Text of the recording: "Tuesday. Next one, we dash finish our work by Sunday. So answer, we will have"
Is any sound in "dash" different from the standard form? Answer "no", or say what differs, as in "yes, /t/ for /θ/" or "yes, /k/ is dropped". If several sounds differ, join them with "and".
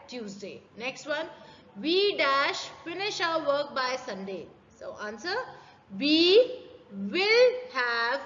no